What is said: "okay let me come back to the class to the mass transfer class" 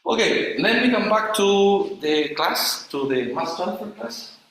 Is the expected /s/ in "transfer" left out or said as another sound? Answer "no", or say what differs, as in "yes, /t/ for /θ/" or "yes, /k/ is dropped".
yes, /s/ is dropped